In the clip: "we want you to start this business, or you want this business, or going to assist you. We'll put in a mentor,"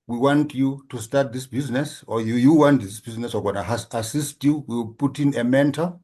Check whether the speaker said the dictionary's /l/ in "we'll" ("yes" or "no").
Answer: no